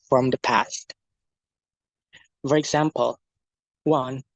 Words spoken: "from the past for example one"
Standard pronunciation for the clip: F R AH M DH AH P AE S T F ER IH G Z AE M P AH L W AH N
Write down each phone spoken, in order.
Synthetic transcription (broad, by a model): F R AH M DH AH P AE S T F ER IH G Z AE M P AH L W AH N